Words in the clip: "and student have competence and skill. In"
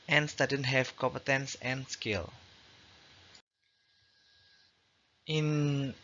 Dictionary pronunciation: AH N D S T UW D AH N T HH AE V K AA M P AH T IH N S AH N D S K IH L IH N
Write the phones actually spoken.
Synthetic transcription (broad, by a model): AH N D S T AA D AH N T HH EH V K AA M P AH T IH N S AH N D S K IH L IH N